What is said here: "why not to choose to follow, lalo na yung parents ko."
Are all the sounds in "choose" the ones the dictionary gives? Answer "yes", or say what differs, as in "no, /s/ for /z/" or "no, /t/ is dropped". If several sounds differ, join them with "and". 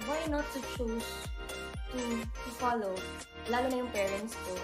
no, /s/ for /z/